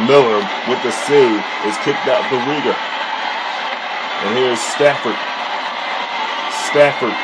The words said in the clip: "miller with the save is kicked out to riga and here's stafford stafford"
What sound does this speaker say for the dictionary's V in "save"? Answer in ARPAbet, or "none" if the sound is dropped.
none